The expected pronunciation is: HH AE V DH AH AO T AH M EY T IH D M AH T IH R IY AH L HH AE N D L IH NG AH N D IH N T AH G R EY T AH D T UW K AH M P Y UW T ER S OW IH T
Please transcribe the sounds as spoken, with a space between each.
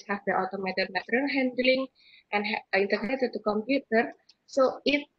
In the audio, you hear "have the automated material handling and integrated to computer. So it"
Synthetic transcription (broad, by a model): HH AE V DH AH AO T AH M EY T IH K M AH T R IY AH N HH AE N D L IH NG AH N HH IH N T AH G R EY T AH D T UW K AH M P Y UW T ER S OW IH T